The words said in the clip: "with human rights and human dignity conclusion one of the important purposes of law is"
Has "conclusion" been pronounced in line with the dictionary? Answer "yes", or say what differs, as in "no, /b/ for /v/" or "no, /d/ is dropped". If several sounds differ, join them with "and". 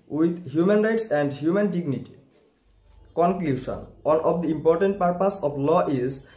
no, /ʃ/ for /ʒ/